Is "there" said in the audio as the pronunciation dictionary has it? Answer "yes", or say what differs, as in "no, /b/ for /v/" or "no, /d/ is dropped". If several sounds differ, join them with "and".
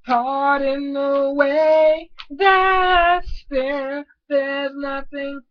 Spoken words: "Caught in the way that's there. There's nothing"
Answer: no, /l/ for /ɹ/